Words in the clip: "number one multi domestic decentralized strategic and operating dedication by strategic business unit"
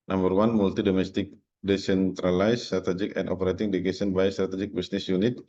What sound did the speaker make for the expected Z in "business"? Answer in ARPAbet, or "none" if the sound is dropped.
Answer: S